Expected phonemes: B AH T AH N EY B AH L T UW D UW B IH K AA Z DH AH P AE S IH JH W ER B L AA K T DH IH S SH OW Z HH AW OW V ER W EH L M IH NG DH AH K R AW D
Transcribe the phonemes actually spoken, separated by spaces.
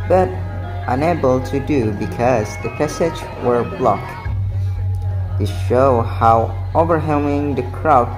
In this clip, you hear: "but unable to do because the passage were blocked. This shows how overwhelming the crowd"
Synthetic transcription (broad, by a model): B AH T AH N EY B AH L T UW D UW B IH K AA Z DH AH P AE S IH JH W ER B L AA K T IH SH OW HH AW OW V ER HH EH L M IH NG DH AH K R AW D